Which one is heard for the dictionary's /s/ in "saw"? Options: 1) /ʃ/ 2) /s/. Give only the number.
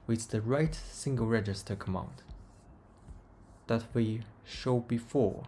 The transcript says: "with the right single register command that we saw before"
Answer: 1